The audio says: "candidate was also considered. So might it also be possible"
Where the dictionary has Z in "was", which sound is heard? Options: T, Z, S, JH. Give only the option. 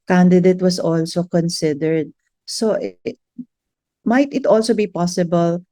S